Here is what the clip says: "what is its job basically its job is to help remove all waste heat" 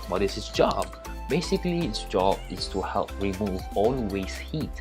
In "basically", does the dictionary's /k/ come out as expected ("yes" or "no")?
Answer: yes